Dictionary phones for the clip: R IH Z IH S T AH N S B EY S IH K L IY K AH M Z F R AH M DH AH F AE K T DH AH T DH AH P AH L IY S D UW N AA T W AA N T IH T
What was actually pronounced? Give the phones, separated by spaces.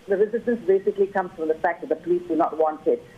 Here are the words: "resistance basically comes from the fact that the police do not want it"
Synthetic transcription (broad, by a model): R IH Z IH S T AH N S B EY S IH K L IY K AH M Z F R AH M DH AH F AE K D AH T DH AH P AH L IY S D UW N AA T W AA N T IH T